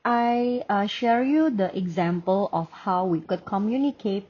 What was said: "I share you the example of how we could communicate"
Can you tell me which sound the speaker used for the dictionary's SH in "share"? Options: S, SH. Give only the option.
SH